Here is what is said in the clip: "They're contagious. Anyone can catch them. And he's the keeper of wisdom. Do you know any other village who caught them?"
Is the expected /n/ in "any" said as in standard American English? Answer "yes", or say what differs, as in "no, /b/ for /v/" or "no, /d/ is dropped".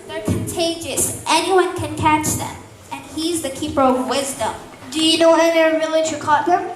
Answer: no, /n/ is dropped